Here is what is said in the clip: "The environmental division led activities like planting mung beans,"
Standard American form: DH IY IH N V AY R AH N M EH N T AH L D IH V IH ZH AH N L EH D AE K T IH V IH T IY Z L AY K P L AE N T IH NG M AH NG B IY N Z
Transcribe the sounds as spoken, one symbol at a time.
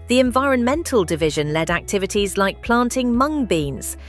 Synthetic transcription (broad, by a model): DH IY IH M V AY R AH N M EH N T AH L D IH V IH ZH AH N L EH D AE K T IH V IH T IY Z L AY K P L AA N T IH NG M AH NG B IY N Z